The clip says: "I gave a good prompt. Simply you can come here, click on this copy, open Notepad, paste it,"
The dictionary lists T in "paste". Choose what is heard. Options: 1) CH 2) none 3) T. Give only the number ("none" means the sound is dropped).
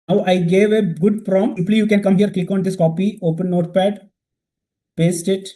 3